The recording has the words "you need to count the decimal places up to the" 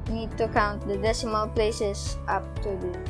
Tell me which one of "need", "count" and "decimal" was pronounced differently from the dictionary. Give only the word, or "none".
none